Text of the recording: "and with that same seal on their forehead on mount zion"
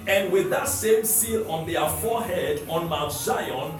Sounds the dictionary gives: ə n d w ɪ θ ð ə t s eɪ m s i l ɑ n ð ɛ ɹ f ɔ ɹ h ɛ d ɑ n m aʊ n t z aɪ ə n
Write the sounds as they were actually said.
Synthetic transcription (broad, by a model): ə n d w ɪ ð ə t s eɪ m s i l ɑ n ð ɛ f ɔ h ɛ d ɑ n m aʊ t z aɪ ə n